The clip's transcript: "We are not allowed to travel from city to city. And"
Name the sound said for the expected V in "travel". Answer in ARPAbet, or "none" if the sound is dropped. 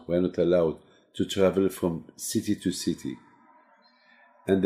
V